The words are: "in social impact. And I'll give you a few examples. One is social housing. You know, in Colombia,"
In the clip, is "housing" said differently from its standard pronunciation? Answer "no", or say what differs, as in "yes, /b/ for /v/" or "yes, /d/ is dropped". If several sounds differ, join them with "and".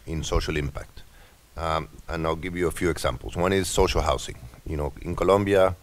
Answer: yes, /s/ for /z/